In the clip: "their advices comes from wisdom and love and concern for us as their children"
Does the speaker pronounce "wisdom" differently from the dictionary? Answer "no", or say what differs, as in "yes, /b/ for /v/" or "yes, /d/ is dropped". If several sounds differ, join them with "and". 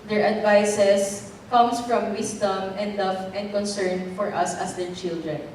yes, /s/ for /z/